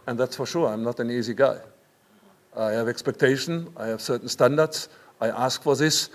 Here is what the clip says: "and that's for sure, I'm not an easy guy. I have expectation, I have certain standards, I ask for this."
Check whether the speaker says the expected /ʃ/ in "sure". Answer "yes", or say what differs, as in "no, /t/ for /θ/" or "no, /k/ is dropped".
yes